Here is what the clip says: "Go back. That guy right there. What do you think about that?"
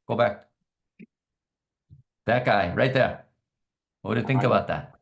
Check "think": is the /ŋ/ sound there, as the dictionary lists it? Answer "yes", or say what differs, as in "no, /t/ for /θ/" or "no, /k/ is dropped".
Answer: yes